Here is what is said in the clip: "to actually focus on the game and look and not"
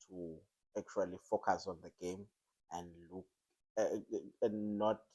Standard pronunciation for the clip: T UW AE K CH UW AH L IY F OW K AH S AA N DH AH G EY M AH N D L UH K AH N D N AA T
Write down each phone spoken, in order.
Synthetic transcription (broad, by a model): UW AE K CH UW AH L IY F OW K AH S AA N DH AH G EY M AH N D L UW K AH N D N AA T